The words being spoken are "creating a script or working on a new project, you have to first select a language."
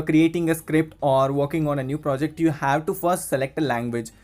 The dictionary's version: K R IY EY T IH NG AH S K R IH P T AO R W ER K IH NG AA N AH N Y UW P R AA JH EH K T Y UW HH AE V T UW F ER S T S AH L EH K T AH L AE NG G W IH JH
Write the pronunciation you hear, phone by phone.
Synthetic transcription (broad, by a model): K R IY EY T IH NG AH S K R IH P T AO R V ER K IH NG AA N AH N Y UW P R AA JH EH K T Y UW HH AE V T UW F ER S T S AH L EH K T AH L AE NG G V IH JH